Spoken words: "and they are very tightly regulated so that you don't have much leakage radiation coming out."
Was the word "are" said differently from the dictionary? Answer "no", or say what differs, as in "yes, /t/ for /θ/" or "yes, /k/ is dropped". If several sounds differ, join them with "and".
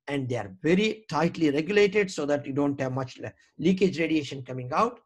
no